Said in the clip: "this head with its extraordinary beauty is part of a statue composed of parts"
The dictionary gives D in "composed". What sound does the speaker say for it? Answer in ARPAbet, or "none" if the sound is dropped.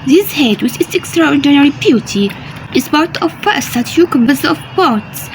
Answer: none